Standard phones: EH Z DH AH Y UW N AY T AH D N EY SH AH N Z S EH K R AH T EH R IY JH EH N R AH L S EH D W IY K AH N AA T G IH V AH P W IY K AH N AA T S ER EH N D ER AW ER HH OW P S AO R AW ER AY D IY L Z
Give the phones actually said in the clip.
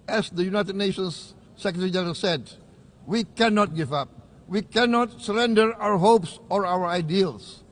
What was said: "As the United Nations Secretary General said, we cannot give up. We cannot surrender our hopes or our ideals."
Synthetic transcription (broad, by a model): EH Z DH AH Y UW N AY T AH D N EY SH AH N S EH K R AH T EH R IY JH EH R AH S EH D W IY K AH N AA T G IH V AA P W IY K AH N AA T S ER EH N D ER AW ER HH OW P S AO R AW ER AY D IY L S